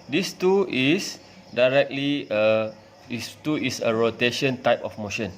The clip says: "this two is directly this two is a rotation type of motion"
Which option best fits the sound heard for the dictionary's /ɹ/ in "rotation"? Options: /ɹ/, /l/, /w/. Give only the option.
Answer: /ɹ/